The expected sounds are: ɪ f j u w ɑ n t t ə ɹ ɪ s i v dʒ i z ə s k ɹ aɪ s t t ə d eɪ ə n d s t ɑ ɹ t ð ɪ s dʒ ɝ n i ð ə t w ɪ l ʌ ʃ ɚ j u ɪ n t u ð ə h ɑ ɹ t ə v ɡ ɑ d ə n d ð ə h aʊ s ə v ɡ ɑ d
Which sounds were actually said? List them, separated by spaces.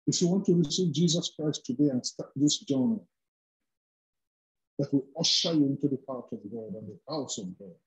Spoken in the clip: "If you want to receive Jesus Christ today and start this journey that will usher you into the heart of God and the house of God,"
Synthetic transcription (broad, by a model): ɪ f j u w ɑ n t t ə ɹ ɪ s i v dʒ i z ə s k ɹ aɪ s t t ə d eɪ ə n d s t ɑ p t ð ɪ s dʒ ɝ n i ð ə t w ɪ l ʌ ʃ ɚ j ɪ n t u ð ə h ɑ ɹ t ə v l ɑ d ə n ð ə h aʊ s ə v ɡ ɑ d